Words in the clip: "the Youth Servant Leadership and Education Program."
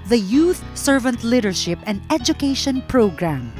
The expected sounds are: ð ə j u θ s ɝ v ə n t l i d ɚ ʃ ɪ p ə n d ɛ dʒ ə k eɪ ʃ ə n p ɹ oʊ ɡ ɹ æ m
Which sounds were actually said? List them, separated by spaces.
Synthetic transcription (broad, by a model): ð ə j u θ s ɝ v ə n t l i d ɚ ʃ ɪ p ə n d ɛ dʒ ə k eɪ ʃ ə n p ɹ oʊ ɡ ɹ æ m